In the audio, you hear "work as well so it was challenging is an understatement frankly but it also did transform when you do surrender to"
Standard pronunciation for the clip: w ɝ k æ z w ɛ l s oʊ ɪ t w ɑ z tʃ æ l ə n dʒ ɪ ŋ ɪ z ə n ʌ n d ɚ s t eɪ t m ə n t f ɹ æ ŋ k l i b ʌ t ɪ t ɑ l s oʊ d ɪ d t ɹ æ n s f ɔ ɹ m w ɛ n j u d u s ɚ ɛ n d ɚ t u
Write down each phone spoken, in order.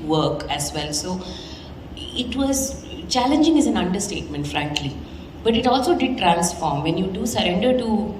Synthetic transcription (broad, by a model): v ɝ k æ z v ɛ l s oʊ ɪ t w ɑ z tʃ æ l ə n dʒ ɪ ŋ ɪ z ə n ʌ n d ɚ s t eɪ t m ə n t f ɹ æ ŋ k l i b ʌ t ɪ t ɑ l s oʊ d ɪ d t ɹ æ l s f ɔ ɹ m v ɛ n j u d u s ɚ ɛ n d ɚ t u